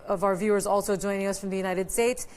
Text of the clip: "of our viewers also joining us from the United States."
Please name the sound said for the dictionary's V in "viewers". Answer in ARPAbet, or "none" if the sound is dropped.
V